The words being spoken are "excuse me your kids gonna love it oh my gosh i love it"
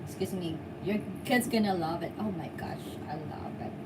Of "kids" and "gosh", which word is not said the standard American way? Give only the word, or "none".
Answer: none